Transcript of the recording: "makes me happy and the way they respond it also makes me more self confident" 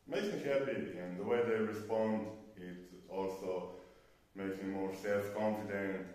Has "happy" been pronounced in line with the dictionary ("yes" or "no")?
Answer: no